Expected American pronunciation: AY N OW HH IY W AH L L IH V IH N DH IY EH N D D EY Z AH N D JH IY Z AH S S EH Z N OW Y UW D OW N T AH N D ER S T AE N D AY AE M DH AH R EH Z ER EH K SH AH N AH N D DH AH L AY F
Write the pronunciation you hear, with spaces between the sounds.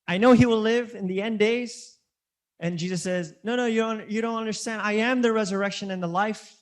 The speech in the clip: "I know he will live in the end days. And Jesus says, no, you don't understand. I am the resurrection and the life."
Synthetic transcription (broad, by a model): AY N OW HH IY W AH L L IH V IH N DH IY EH N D D EY Z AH N JH IY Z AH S S EH Z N OW Y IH D OW N T AH N D ER S T AE N D AY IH M DH AH R EH Z ER EH K SH AH N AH N DH AH L AY F